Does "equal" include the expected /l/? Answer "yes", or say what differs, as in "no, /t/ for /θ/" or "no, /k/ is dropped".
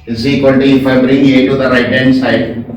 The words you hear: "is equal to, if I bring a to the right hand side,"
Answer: no, /n/ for /l/